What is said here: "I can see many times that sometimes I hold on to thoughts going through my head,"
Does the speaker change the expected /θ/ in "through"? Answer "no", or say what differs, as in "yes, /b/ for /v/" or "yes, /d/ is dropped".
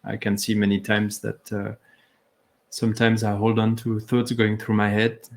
no